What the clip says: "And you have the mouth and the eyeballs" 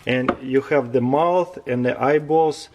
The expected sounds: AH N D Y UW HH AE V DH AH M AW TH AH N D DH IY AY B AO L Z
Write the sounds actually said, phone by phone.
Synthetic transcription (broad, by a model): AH N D Y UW HH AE V DH AH M AW TH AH N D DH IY AY B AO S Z